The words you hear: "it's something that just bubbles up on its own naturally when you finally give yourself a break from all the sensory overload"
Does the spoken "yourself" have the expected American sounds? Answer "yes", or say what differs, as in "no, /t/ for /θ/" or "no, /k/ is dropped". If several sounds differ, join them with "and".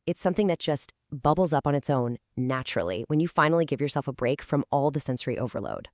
yes